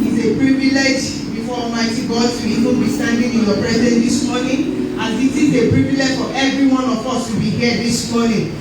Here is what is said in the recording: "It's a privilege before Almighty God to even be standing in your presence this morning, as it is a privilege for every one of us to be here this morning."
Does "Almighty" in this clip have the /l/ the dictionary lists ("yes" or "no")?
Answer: no